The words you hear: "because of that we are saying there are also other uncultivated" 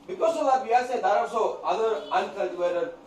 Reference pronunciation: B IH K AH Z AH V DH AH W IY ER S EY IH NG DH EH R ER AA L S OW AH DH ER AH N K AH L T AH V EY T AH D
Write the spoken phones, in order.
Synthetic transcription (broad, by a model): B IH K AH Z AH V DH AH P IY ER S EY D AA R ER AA S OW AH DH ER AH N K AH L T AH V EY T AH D